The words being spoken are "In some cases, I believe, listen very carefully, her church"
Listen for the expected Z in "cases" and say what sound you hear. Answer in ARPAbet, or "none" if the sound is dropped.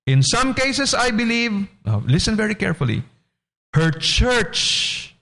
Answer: S